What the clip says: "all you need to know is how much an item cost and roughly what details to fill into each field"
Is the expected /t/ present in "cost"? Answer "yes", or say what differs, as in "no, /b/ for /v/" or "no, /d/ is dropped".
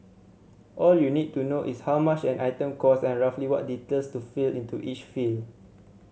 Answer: no, /t/ is dropped